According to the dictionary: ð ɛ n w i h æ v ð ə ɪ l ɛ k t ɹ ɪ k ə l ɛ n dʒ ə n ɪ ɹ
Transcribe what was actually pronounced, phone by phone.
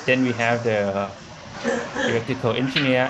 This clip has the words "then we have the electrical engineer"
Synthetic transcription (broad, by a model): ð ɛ n w i h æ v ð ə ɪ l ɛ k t ɪ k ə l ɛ n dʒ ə n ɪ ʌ